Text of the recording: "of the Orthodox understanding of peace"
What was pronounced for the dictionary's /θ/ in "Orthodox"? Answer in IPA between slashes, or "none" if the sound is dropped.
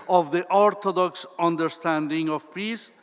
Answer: /t/